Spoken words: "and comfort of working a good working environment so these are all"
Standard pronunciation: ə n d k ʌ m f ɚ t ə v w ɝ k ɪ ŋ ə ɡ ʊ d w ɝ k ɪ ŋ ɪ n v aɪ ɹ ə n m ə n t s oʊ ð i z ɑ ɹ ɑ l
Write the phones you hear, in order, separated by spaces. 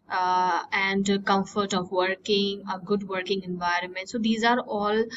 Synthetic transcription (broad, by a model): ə n d k ʌ m f ɚ t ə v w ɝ k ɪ ŋ ə ɡ ʊ d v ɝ k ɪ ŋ ɪ n v aɪ ɹ ə n m ə n t s oʊ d i z ɑ ɹ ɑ l